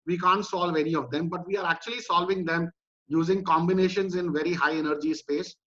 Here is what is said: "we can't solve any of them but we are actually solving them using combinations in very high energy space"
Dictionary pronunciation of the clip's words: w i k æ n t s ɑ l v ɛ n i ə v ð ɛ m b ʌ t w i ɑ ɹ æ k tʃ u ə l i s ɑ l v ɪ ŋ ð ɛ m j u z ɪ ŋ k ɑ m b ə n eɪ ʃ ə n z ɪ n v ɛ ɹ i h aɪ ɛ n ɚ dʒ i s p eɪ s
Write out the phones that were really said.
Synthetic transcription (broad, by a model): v i k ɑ n t s ɑ l v ɛ n i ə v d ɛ m b ʌ t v i ɑ ɹ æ k tʃ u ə l i s ɑ l v ɪ ŋ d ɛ m j u z ɪ ŋ k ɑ m b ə n eɪ ʃ ə n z ɪ n v ɛ ɹ i h aɪ ɛ n ɚ dʒ i s p eɪ s